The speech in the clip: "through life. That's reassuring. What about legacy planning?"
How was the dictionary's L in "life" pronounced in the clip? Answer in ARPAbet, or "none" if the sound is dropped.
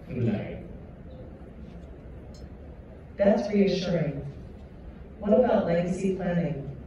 N